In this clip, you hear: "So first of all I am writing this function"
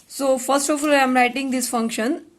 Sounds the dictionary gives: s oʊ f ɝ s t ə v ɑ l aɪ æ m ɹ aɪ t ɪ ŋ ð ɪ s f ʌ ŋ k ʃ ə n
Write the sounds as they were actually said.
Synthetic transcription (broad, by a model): s oʊ f ɝ s t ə f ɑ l aɪ m ɹ aɪ t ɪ ŋ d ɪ s f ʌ ŋ k ʃ ə n